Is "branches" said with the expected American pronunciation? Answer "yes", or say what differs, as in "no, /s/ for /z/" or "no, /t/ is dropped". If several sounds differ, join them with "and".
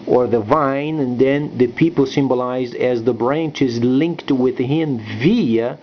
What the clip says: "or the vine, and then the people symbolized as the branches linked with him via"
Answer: yes